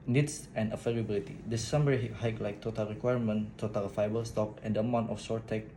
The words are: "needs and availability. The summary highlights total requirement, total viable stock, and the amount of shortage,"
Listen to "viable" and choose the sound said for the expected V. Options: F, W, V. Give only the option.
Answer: F